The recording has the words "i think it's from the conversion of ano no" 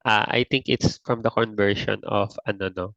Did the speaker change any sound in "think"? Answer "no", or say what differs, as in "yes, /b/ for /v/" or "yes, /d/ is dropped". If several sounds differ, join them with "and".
yes, /t/ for /θ/